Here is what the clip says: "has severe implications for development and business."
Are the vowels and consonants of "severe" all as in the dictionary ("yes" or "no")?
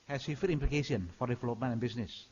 no